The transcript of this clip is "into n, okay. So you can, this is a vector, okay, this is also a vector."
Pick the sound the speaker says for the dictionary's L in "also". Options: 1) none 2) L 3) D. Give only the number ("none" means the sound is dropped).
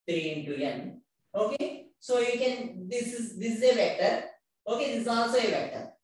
1